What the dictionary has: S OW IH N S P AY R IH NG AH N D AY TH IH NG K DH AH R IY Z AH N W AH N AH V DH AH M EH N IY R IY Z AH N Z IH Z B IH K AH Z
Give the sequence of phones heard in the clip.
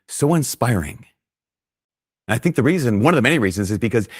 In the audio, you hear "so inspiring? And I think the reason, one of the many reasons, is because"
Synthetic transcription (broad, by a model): S OW IH N S P AY R IH NG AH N AY TH IH NG K DH AH R IY Z AH N W AH N AH V DH AH M EH N IY R IY Z AH N Z IH Z B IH K AH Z